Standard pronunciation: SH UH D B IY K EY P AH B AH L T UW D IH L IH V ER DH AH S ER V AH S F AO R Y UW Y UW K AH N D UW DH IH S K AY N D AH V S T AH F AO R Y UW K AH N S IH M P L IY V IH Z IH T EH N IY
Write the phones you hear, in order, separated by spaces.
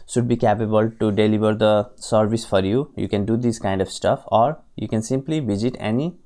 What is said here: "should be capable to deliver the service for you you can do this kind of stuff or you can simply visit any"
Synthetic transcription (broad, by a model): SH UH D B IY K EY P AH B AH L T UW D IH L IH V ER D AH S ER V AH S F AO R Y UW Y UW K AH N D UW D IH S K AY N D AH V S T AH F AO R Y UW K AH N S IH M P L IY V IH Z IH T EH N IY